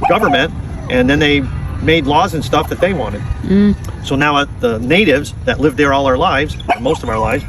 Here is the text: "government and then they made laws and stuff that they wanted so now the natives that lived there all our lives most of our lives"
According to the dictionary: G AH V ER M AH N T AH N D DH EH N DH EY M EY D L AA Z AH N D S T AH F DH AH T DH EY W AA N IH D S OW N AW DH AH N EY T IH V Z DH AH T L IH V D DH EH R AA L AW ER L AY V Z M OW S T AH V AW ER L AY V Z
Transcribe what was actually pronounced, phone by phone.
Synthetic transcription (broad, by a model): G AH V ER M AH N T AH N DH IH N DH EY M EY D L AA Z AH N S T AH F DH AH T DH EY W AA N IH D S OW N AW DH AH N EY T IH V Z DH AH T L IH V DH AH R AA L AW ER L AY V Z M OW S T AH V AW ER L AY V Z